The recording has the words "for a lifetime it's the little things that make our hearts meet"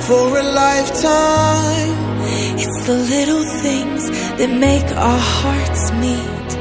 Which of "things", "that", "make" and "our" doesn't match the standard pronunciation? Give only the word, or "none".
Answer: none